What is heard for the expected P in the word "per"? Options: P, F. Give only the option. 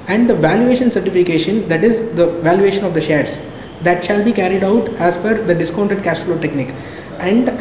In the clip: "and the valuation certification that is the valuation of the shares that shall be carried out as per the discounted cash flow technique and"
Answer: F